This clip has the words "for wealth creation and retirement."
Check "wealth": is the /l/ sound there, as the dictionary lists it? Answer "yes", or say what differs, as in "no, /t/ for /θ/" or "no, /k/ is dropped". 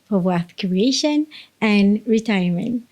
no, /l/ is dropped